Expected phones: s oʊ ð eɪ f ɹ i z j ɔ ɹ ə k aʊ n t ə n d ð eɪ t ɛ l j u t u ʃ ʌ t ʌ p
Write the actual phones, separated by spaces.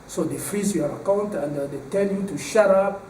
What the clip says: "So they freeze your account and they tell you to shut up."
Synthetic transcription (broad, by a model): s oʊ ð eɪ f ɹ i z j ɔ ɹ ə k aʊ n t ə n d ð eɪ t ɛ n j u t u ʃ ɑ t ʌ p